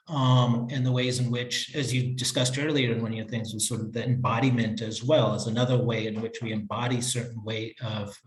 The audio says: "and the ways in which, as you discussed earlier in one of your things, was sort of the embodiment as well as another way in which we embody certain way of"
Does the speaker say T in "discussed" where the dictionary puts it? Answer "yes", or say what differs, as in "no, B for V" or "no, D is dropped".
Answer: yes